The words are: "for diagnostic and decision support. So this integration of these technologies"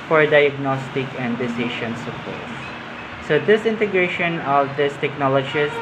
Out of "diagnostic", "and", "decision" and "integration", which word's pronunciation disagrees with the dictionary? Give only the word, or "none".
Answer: decision